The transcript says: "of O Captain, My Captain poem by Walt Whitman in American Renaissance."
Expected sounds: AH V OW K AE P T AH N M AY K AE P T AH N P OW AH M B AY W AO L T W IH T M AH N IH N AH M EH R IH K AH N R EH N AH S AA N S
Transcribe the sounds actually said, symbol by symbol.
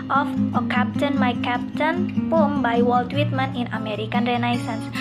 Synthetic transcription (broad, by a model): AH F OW K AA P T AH N M AY K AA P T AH N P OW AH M B AY W AO L T W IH T M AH N IH N AH M EH R IH K AH N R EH N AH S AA N S